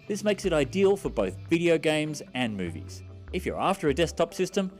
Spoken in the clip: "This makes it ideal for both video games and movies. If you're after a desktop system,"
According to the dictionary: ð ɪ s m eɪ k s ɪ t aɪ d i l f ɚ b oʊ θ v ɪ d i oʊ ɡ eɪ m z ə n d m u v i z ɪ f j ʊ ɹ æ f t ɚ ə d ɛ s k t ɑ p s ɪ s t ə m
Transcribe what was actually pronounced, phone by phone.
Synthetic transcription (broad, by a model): ð ɪ s m eɪ k s ɪ t aɪ d i l f ɚ b oʊ θ v ɪ d i oʊ ɡ eɪ m z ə n m u v i z ɪ f j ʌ ɹ æ f t ɚ ə d ɛ s t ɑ p s ɪ s t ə m